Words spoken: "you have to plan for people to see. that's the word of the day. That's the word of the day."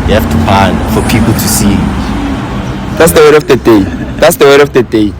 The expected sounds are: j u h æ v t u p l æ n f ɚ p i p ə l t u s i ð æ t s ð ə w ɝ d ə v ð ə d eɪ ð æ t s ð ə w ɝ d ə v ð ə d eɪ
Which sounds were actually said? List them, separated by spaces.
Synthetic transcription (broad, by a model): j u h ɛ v t u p ɑ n f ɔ p i p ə l t u s i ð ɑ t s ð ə w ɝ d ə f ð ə d eɪ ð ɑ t s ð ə w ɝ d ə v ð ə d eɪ